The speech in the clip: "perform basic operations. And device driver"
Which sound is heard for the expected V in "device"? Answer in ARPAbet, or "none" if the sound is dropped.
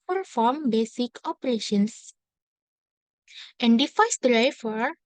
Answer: F